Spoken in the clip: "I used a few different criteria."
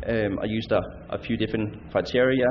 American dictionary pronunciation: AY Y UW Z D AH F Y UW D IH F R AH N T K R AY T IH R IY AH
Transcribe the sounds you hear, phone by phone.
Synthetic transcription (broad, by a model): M Y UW S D AH F Y UW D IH F R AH N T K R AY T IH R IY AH